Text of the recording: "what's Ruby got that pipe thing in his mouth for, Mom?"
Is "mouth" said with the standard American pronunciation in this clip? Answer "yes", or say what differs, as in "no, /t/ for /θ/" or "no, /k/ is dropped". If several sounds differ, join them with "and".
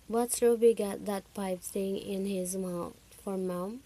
no, /t/ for /θ/